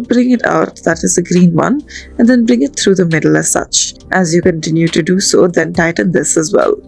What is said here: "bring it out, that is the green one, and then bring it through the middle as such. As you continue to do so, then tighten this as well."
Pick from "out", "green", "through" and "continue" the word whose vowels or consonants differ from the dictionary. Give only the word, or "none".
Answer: through